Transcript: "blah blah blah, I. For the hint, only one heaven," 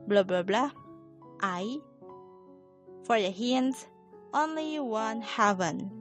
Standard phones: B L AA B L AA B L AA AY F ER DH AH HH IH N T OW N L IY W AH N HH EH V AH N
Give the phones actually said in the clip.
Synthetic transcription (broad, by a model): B L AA B L AA B L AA AY F ER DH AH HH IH N T OW N L IY W AH N HH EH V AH N